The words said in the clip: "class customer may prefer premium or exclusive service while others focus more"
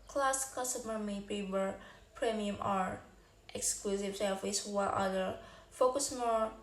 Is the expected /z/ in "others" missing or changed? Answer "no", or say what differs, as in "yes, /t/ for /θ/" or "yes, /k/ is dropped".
yes, /z/ is dropped